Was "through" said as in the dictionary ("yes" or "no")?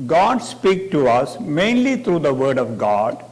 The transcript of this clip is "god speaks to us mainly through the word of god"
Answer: no